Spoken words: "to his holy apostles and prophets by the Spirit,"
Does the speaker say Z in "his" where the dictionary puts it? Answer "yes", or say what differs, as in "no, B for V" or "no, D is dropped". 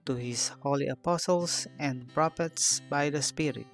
no, S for Z